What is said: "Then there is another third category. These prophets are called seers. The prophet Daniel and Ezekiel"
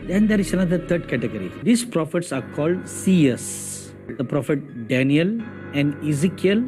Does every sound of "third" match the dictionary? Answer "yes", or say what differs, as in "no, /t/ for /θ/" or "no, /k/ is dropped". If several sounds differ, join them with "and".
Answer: no, /t/ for /θ/